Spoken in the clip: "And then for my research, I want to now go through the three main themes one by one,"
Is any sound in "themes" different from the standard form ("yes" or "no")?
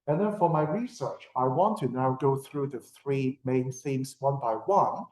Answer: yes